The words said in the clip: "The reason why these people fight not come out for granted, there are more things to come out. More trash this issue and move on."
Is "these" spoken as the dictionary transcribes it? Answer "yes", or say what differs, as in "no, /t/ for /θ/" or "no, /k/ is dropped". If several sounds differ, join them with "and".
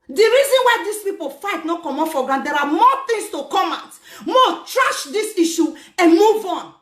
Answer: no, /s/ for /z/